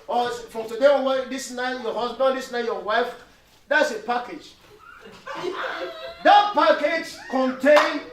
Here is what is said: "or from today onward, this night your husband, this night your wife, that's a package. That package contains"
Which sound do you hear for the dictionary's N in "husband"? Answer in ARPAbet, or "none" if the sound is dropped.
none